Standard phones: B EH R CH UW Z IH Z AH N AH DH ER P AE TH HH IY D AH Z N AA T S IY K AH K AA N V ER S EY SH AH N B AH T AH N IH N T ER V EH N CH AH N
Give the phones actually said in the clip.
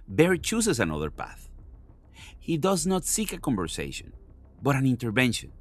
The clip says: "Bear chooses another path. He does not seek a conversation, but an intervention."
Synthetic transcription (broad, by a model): B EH R CH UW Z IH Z AH N AH DH ER P AE TH HH IY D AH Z N AA T S IY K AH K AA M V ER S EY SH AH N B AH T AH N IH N T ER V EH N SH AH N